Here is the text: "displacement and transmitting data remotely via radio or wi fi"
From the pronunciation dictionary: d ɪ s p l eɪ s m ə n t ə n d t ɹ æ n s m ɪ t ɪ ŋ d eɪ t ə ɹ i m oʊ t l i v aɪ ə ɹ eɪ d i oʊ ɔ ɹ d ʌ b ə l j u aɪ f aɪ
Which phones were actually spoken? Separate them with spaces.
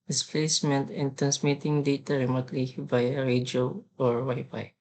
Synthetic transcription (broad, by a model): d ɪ s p l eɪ s m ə n t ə n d t ɹ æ n s m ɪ t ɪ ŋ d eɪ t ə ɹ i m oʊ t l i b aɪ ɹ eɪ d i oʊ ɔ ɹ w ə j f aɪ